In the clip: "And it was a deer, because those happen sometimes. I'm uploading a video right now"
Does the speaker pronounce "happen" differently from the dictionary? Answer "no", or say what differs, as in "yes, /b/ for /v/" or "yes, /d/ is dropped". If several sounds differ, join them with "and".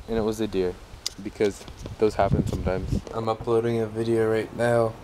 no